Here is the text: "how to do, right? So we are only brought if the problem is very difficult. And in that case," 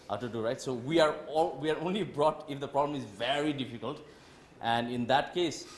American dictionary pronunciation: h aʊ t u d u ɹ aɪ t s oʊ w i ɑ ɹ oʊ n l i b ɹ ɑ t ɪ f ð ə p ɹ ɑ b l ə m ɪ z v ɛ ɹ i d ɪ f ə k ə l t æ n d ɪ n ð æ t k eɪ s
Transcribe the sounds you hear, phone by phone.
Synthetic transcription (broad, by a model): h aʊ t u d u ɹ aɪ t s oʊ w i ɑ ɹ oʊ n l i b ɹ ɑ t ɪ f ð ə p ɹ ɑ b l ə m ɪ z v ɛ ɹ i d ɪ f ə k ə l t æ n d ɪ n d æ t k eɪ s